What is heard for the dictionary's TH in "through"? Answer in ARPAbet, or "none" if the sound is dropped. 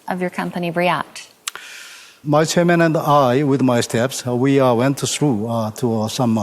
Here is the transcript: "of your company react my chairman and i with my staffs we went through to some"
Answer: S